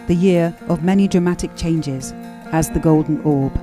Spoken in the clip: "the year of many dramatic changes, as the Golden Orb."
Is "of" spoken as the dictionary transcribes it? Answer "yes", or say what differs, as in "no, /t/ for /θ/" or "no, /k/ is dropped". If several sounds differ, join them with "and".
yes